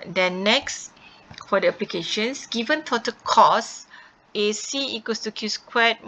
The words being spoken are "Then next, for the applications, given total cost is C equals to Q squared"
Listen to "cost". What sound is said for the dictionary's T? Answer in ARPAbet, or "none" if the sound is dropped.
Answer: none